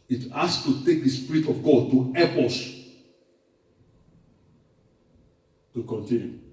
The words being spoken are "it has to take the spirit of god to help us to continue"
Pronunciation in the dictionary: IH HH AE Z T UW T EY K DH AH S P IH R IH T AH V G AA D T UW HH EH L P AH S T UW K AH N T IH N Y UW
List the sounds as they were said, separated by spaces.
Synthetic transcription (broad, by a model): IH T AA S T UW T EY K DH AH S P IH R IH T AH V G AA D T UW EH P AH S T UW K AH N T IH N Y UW